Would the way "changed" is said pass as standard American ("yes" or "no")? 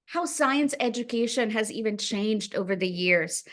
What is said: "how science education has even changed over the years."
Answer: yes